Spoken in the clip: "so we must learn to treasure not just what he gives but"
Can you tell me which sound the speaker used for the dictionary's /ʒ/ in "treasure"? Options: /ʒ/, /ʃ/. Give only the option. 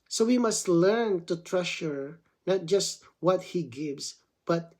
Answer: /ʃ/